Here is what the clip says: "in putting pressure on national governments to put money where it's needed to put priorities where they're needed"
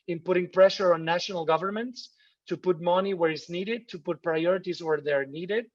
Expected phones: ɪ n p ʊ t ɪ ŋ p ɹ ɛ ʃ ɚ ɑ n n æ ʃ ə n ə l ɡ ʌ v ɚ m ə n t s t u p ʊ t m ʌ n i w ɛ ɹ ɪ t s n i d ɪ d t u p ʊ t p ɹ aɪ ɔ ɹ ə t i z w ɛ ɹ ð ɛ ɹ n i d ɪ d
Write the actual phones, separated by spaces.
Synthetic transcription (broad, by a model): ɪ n p ʊ t ɪ ŋ p ɹ ɛ ʃ ɚ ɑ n n æ ʃ ə n ə l ɡ ʌ v ɚ m ə n t s t u p ʊ t m ʌ n i w ɛ ɹ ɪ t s n i d ɪ d t u p ʊ t p ɹ aɪ ɔ ɹ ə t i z w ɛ ɹ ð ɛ ɹ n i d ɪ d